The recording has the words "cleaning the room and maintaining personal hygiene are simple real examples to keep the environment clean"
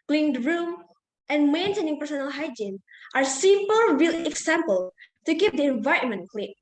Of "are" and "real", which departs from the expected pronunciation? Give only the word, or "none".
real